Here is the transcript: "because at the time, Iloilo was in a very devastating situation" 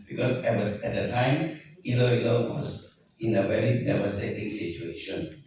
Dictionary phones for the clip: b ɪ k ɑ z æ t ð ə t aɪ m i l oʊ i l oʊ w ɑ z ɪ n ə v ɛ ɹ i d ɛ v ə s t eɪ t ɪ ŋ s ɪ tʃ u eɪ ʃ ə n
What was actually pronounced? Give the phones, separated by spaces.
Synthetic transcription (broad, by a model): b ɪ k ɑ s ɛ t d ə t aɪ m i l oʊ i l oʊ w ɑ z ɪ n ə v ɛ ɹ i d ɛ w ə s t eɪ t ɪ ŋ s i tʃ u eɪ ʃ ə n